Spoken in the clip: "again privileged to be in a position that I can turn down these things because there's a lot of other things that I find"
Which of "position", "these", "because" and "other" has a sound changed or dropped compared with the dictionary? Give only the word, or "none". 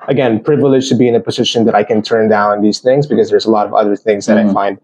none